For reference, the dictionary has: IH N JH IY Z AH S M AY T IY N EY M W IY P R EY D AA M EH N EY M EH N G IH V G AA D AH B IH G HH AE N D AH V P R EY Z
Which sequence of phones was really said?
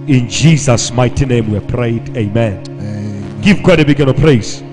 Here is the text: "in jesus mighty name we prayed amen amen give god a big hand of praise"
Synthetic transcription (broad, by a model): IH N JH IY Z AH S M AY T IY N EY M W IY P R EY AA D EY M EH N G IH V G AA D AH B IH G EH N AH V P R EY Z